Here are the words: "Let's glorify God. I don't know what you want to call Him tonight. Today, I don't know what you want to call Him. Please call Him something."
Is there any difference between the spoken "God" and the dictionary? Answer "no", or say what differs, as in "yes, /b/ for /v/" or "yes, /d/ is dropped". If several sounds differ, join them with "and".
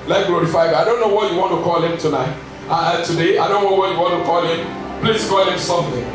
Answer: yes, /d/ is dropped